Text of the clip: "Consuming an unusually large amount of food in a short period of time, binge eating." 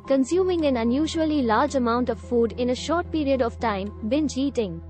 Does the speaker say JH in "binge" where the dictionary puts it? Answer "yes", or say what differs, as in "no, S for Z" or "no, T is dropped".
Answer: no, CH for JH